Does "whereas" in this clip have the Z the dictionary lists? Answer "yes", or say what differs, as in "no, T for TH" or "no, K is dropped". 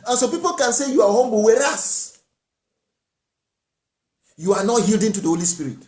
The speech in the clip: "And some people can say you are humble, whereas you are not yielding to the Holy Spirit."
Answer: no, S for Z